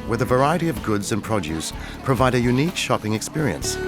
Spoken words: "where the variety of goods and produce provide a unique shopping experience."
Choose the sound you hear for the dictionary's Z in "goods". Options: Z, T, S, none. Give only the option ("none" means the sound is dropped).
Z